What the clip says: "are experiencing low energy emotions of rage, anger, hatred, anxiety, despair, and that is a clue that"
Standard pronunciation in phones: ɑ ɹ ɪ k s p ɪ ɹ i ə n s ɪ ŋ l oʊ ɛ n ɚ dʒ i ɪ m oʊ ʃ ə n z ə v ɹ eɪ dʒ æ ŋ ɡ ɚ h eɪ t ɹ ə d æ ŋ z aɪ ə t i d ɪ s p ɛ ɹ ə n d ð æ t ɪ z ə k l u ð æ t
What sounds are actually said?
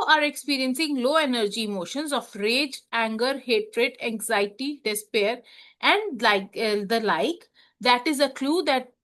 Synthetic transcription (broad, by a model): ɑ ɹ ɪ k s p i ɹ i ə n s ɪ ŋ l oʊ ɛ n ɚ dʒ i m oʊ ʃ ə n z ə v ɹ eɪ dʒ æ ŋ ɡ ɚ h eɪ t ɹ ə d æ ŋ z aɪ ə t i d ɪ s p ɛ ɹ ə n d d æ t ɪ z ə k l u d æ t